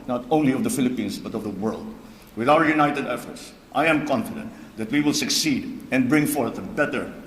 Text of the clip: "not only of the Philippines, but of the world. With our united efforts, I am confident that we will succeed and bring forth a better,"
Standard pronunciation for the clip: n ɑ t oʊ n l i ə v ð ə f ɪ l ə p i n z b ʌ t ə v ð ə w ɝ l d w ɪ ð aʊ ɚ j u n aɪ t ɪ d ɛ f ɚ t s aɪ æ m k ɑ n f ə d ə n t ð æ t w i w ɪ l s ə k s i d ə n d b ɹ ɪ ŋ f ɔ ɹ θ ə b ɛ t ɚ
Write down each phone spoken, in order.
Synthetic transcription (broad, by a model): n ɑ t oʊ n l i ə v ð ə f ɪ l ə p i n s b ʌ t ə v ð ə w ɝ l d w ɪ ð aʊ ɚ j u n aɪ t ɪ d ɛ f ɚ t s aɪ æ m k ɑ n f ə d ə n t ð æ t w i w ɪ l s ə k s i d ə n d b ɹ ɪ ŋ f ɔ ɹ θ ə b ɛ t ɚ